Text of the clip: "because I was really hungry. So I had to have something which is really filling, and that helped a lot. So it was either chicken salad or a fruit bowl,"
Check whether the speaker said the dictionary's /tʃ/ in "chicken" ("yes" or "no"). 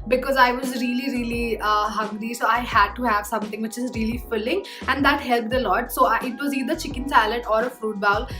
yes